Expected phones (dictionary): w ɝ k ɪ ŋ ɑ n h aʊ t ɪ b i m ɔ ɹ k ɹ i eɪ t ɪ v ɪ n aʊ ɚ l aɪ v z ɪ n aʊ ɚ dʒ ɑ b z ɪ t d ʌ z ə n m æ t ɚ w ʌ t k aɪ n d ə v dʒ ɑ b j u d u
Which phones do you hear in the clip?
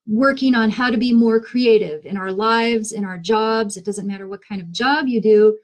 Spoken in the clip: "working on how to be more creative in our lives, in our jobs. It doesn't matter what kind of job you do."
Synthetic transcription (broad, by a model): w ɝ k ɪ ŋ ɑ n h aʊ t ɪ b i m ɔ ɹ k ɹ i eɪ t ɪ v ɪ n aʊ ɚ l aɪ v z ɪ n aʊ ɚ dʒ ɑ b z ɪ t d ʌ z ə n m æ t ɚ w ʌ t k aɪ n d ə v dʒ ɑ b j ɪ d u